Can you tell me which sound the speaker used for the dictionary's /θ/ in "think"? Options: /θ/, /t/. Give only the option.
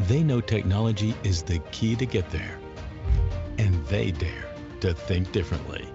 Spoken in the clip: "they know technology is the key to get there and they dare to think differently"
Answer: /θ/